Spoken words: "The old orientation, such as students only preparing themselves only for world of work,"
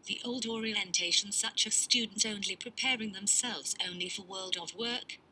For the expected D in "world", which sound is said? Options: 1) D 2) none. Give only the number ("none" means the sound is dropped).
1